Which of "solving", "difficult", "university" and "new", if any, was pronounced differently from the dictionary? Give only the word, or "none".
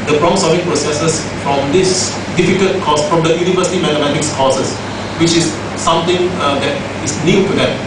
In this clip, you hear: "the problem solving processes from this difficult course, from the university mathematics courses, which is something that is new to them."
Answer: solving